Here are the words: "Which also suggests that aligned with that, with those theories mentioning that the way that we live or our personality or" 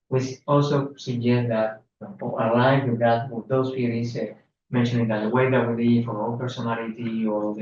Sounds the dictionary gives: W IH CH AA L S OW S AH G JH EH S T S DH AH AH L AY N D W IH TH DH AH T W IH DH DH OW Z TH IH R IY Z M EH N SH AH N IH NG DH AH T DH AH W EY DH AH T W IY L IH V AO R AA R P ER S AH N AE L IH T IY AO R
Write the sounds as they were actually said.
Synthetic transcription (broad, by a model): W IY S AA L S OW S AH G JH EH S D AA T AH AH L AY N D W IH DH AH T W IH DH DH OW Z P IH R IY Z M EH N SH AH N IH NG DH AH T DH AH W EY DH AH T W IY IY F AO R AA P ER S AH N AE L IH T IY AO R